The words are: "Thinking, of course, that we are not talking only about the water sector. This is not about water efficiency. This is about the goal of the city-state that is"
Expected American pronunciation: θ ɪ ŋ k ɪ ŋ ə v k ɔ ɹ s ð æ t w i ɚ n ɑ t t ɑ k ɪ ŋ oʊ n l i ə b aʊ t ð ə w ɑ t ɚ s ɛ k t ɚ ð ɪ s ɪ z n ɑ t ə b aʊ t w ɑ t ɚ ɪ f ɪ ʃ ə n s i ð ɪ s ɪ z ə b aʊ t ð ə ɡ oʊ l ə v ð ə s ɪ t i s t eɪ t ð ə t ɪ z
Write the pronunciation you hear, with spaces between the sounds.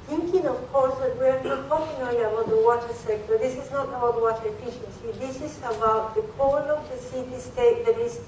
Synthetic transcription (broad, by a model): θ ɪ ŋ k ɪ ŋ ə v k ɔ ɹ s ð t w i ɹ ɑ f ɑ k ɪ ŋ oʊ l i ə b aʊ t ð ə w ɑ t ɚ s ɛ k t ɚ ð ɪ s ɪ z n ɑ t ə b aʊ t w ɑ t ɚ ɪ f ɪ ʃ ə n s i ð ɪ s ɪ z ə b aʊ t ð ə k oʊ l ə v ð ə s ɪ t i s t eɪ t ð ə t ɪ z